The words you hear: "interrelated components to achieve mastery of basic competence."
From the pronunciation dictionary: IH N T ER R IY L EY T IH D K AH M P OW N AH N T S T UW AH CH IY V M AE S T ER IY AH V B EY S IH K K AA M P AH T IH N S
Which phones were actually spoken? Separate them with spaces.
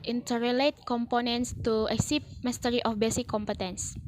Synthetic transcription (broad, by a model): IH N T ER R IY L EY T K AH M P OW N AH N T S T UW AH S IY P M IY S T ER IY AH F B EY S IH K K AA M P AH T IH N S